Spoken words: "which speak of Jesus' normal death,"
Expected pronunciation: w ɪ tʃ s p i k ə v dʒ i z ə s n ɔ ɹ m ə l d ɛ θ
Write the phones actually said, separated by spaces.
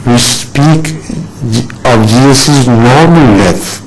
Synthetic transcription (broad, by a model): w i s p i k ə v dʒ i s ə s n ɔ ɹ m ə l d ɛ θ